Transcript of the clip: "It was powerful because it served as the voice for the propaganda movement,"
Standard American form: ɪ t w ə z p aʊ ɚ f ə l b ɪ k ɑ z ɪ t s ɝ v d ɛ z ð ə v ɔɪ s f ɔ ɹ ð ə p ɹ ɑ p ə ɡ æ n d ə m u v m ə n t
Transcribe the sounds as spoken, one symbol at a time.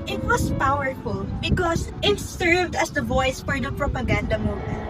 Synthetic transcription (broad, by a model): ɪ t w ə s p aʊ ɚ f ə l b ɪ k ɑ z ɪ t s ɝ v d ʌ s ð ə v ɔɪ s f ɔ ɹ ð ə p ɹ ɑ p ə ɡ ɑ n d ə m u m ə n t